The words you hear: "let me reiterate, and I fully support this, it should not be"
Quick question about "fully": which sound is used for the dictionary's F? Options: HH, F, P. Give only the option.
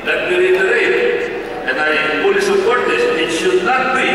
P